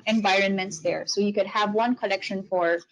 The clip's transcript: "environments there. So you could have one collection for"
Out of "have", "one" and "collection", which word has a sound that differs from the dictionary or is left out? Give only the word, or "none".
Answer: none